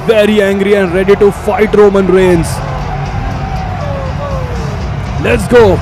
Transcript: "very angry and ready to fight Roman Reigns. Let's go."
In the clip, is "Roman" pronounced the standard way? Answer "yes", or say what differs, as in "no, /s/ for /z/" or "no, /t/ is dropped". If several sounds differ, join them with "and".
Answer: yes